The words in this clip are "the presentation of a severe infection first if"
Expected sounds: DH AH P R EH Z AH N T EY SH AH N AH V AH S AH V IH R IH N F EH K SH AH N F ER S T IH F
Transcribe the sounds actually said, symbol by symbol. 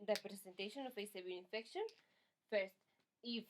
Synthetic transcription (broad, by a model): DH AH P R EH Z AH N T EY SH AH N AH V AH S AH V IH L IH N F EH K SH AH N F ER S T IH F